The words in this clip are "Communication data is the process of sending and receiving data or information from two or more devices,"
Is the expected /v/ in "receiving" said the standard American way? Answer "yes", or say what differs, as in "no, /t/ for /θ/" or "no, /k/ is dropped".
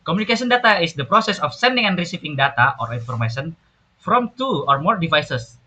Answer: no, /p/ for /v/